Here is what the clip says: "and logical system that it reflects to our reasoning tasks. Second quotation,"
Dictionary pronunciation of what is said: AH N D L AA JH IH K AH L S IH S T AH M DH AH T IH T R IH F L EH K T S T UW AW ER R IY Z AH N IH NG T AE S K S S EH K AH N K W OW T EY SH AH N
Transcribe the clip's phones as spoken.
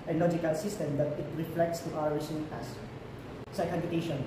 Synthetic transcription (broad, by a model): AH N L AA JH IH K AH L S IH S T AH M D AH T IH T R IH F L EH K T S T UW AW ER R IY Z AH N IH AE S S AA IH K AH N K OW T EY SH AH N